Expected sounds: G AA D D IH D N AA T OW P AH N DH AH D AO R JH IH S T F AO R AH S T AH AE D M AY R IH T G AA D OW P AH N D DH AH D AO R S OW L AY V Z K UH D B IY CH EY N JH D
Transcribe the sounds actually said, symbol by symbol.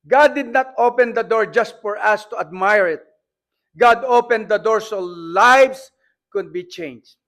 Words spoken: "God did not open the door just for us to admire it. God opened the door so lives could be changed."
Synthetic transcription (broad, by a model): G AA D D IH D N AA T OW P AH N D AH D AO R JH IH S T F AO R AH S T AH AE D M AY R IH T G AA D OW P AH N D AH D AO R S OW L AY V S K UH D B IY CH EY N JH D